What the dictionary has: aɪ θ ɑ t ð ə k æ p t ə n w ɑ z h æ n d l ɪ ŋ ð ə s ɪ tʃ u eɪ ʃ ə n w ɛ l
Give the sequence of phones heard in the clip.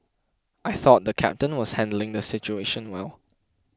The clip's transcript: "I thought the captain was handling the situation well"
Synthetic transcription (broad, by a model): aɪ θ ɑ t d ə k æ p t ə n w ɑ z h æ n d l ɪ ŋ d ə s ɪ tʃ u eɪ ʃ ə n w ɛ l